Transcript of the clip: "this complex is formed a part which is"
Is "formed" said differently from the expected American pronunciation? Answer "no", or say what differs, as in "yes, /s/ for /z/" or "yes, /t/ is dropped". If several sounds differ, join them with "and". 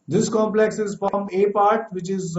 yes, /d/ is dropped